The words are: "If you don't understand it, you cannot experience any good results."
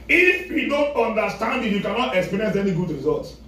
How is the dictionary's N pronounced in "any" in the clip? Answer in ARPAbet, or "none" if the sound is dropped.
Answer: N